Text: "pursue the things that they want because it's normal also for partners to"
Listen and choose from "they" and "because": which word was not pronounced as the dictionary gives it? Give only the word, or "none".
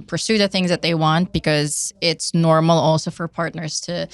none